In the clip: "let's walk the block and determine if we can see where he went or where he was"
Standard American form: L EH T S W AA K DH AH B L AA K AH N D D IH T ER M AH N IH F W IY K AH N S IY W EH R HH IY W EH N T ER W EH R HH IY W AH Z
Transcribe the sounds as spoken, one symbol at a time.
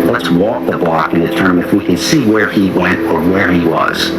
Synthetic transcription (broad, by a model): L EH T S W AA K DH AH B L AA K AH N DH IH T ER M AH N IH F W IY K AH N S IY W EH R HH IY W EH N T ER W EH R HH IY W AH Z